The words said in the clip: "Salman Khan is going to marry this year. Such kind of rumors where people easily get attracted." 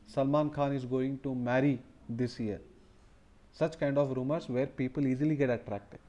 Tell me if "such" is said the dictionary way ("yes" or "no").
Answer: yes